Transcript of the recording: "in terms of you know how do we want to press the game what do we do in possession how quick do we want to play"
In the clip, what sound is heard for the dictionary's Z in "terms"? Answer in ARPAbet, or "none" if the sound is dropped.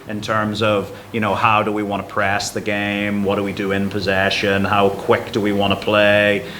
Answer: Z